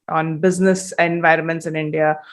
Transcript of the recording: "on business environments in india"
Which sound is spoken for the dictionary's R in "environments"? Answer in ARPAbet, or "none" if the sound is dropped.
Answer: R